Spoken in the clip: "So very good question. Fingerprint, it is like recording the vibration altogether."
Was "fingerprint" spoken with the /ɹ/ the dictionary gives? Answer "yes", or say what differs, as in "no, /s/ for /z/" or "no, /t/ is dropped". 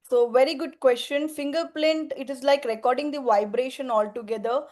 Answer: no, /l/ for /ɹ/